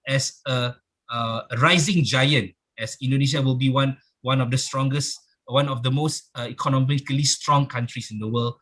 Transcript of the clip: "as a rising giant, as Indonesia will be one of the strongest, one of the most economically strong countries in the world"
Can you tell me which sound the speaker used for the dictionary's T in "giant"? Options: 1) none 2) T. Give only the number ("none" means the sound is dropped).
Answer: 2